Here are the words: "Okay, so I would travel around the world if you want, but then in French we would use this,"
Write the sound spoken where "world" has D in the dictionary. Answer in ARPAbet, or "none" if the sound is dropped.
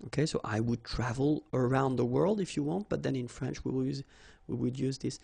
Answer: D